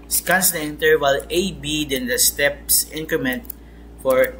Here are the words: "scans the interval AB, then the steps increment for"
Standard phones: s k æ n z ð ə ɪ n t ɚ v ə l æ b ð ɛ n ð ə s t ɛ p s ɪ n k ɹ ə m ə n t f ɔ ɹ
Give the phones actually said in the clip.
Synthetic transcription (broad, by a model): s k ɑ n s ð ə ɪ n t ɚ w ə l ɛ b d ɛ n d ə s t ɛ p s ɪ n k ɹ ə m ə n t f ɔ ɹ